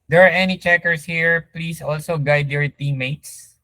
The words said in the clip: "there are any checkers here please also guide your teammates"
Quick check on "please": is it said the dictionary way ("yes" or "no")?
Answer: no